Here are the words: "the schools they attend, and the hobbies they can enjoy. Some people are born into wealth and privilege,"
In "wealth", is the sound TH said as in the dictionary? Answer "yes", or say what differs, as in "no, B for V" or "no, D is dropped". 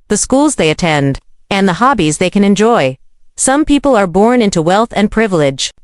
yes